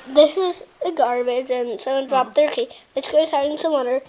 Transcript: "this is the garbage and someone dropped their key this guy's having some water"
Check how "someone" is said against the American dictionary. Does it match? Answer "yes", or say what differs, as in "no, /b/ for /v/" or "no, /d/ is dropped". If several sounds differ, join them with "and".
no, /m/ is dropped